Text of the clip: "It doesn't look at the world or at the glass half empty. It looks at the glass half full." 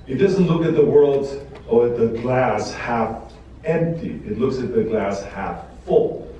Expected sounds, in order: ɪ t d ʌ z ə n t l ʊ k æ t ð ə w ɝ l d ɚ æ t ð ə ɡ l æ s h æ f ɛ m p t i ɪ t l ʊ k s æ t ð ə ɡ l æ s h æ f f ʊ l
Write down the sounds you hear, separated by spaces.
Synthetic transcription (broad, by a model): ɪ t d ʌ z ə n t l ʊ k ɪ t ð ə w ɝ l d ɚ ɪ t ð ə ɡ l æ s h æ f ɛ m p t i ɪ t l ʊ k s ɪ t ð ə ɡ l æ s h æ f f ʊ l